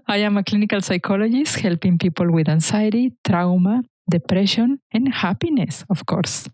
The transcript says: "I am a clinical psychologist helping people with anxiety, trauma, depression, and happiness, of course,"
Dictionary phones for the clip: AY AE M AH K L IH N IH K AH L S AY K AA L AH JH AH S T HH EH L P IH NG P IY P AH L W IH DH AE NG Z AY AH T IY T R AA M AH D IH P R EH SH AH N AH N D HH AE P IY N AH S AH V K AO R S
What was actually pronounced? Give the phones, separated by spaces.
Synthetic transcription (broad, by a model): AY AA M AH K L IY N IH K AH L S AY K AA L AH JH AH S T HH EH L P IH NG P IY P AH L W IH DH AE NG S AY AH T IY T R AA M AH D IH P R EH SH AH N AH N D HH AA P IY N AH S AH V K AO R S